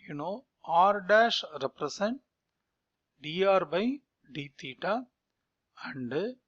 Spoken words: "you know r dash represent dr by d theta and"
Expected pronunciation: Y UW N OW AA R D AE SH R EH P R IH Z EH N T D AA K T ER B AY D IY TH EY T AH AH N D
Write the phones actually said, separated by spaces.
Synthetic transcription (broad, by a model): Y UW N OW AA R D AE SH R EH P R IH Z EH N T D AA T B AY D IY T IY T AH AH N D